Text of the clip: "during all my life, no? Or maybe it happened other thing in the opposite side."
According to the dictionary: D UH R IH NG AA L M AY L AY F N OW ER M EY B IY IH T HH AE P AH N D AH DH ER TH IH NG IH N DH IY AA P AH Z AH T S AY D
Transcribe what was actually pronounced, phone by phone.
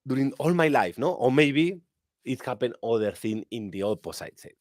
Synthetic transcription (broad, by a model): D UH R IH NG AA L M AY L AY F N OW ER M EY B IY IH T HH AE P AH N AH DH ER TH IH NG IH N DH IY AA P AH S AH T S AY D